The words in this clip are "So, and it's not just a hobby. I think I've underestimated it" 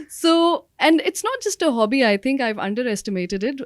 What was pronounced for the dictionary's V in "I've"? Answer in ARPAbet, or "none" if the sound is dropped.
V